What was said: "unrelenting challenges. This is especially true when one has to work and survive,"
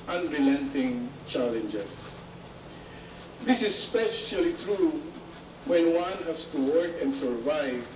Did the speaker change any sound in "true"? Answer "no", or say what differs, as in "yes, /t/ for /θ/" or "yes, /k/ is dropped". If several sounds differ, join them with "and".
no